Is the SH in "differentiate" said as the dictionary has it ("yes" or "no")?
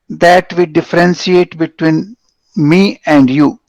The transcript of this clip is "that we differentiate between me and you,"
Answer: no